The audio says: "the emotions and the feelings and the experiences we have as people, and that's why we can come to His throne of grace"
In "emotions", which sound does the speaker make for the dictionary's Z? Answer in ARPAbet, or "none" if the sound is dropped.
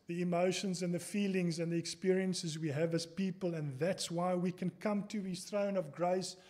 Z